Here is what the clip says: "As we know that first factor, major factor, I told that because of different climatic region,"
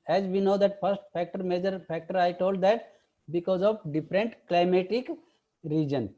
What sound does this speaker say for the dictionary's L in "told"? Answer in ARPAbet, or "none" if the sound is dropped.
L